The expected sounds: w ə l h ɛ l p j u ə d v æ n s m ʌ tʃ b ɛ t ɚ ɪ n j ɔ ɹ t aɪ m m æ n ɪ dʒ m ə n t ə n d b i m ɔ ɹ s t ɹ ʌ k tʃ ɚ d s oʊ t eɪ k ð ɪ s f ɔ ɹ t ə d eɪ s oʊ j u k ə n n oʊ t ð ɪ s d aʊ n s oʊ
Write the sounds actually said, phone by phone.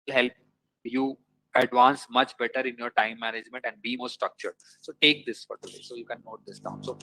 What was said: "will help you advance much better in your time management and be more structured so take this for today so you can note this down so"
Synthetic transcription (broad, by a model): l h ɛ l p j u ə d v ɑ n s m ʌ tʃ b ɛ t ɚ ɪ n j ɔ ɹ t aɪ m m æ n ɪ dʒ m ə n t ə n d b i m ɔ ɹ s t ɹ ʌ k tʃ ɚ d s oʊ t eɪ k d ɪ s f ɔ ɹ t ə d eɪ s oʊ j u k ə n n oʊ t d ɪ s d aʊ n s oʊ